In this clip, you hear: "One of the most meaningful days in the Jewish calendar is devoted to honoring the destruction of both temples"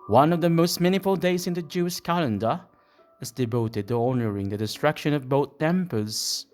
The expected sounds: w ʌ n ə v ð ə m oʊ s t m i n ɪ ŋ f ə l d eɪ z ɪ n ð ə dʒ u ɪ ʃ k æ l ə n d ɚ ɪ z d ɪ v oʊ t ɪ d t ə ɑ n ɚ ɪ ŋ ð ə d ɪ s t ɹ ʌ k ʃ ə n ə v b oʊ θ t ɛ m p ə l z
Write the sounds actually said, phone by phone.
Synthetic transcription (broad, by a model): w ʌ n ə v ð ə m oʊ s t m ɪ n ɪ f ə l d eɪ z ɪ n ð ə dʒ u ɪ ʃ k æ l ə n d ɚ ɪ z d ɪ v oʊ t ɪ d t ə ɑ n ɚ ɪ ŋ ð ə d ɪ s t ɹ ʌ k ʃ ə n ə v b oʊ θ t ɛ m p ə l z